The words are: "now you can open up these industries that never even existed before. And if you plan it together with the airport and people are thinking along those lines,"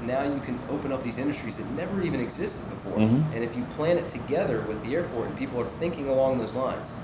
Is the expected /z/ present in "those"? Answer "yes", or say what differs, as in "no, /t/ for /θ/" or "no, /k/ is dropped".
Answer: yes